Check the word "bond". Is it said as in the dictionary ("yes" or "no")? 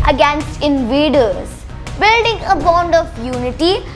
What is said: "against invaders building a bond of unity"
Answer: yes